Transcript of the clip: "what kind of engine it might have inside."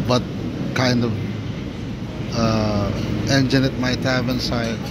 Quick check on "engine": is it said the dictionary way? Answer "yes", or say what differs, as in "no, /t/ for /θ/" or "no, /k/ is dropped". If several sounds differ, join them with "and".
yes